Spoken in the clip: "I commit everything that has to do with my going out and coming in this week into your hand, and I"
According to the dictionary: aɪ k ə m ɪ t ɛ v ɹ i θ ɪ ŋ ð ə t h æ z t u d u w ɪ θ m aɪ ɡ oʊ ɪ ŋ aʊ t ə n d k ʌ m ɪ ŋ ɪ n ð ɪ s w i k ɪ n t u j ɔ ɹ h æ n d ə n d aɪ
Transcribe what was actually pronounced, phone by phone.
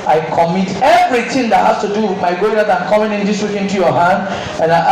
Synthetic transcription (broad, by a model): aɪ k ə m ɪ t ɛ v ɹ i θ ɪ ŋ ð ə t h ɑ s t u d u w m aɪ ɡ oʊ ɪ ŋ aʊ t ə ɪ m k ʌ m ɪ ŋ ɪ n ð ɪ s w i k ɪ n t u j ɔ h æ n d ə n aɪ